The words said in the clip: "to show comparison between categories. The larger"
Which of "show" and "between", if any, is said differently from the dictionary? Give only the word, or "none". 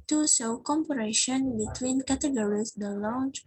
show